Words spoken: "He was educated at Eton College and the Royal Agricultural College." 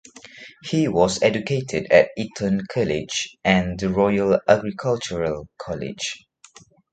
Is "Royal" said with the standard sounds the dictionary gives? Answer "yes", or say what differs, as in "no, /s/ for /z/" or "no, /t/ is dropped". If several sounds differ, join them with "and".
yes